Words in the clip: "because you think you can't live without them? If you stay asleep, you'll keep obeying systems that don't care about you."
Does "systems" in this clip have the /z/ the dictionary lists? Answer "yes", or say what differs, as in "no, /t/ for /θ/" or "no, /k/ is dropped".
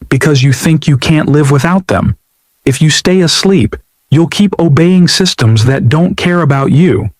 yes